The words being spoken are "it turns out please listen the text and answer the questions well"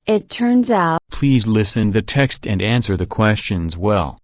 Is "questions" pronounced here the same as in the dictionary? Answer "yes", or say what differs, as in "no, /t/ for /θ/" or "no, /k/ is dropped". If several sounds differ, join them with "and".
yes